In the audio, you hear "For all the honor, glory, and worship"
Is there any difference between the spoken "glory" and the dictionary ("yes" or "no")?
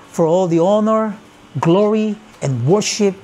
no